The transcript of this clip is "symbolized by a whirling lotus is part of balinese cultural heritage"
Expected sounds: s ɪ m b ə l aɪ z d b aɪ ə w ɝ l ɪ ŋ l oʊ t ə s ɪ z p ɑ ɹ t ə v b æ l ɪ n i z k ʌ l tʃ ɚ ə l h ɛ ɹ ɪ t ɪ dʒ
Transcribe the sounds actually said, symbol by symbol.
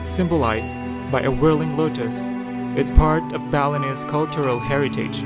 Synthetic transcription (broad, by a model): s ɪ m b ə l aɪ z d b aɪ ə w ɝ l ɪ ŋ l oʊ t ə s ɪ z p ɑ ɹ t ə v b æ l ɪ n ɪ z k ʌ l tʃ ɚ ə l h ɛ ɹ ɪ t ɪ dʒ